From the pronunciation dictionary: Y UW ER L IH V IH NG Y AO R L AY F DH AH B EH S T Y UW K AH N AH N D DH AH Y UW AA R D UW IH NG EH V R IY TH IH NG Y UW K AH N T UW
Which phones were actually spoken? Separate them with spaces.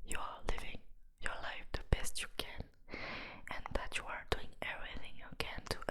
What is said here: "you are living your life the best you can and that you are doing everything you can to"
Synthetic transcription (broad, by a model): Y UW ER L IH V IH NG Y AO R L AY F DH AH B EH S T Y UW K AH N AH N DH AH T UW AA R D UW IH NG EH V R IY TH IH NG Y UW K AH N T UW